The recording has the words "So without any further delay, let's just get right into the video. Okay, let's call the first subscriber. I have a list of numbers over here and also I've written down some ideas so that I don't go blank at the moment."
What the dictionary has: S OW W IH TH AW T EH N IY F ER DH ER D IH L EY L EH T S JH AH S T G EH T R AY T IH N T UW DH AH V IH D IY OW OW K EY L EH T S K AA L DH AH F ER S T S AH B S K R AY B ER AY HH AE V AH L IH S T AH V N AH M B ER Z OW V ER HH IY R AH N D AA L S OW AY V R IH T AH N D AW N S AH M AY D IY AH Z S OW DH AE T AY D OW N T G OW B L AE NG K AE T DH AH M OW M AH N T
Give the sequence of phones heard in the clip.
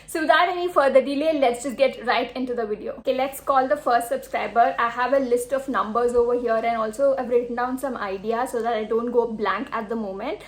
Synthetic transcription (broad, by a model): S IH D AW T EH N IY F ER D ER D IH L EY L EH T S JH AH S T G EH T R AY T IH N T UW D AH V IH D IY OW OW K EY L EH T S K AA L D AH F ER S T S AH B S K R AY B ER AY HH AE V AH L IH S T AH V N AH M B ER Z OW V ER HH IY R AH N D AA L S OW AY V R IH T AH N D AW N S AH M AY D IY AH S OW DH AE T AY D OW N T G OW B L AE NG K AE T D AH M OW M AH N T